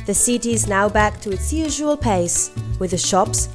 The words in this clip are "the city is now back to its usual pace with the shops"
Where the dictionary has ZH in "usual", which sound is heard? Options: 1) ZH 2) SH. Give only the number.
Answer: 1